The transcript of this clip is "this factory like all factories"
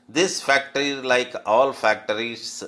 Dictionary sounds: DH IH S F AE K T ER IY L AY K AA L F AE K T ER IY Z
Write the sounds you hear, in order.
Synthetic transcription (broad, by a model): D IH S F AE K T ER IY L AY K AA L F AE K T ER IY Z